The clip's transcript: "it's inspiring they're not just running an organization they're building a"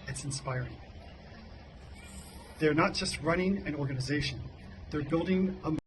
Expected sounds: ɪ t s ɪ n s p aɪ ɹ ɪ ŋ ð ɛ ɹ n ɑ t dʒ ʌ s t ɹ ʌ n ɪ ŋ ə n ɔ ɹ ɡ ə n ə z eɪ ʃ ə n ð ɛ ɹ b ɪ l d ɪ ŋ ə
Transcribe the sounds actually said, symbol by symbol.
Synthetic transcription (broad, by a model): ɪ t s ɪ n s p aɪ ɹ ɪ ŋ ð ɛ ɹ n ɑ t dʒ ʌ s t ɹ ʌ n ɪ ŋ ə n ɔ ɹ ɡ ə n ə z eɪ ʃ ə n ð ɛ ɹ b ɪ l d ɪ ŋ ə